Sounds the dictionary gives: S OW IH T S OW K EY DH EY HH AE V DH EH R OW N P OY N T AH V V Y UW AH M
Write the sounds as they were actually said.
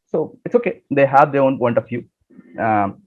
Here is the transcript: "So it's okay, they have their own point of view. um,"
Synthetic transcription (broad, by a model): S OW IH T S OW K EY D EY HH AE V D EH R OW N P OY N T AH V F Y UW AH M